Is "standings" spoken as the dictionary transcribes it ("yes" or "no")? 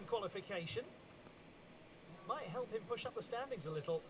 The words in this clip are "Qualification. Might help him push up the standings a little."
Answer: yes